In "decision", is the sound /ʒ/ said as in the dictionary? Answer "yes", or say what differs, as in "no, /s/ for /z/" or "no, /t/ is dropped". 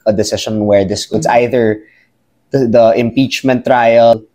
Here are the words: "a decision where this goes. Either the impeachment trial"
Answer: no, /ʃ/ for /ʒ/